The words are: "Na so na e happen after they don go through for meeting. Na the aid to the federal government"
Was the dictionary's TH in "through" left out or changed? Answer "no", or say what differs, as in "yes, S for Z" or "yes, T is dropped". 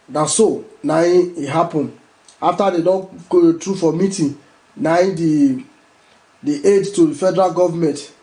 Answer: yes, T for TH